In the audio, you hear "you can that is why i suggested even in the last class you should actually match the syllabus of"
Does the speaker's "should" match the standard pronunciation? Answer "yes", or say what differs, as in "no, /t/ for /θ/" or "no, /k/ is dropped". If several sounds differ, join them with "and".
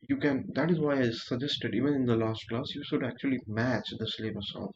yes